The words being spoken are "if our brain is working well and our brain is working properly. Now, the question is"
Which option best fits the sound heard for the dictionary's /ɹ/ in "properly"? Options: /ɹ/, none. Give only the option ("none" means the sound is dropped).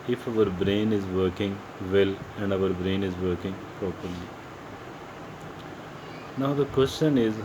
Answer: none